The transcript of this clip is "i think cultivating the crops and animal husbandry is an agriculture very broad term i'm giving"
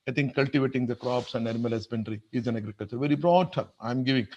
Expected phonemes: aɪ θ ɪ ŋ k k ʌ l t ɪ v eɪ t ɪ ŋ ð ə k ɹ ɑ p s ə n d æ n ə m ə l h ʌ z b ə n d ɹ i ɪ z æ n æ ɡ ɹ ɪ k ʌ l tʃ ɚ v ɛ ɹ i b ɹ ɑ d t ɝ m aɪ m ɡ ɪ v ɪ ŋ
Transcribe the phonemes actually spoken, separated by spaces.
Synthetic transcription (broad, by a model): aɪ t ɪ ŋ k k ʌ l t ɪ v eɪ t ɪ ŋ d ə k ɹ ɑ p s ə n d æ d m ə l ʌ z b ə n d ɹ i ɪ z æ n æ ɡ ɹ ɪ k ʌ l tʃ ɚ v ɛ ɹ i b ɹ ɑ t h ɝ aɪ m ɡ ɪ v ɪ ŋ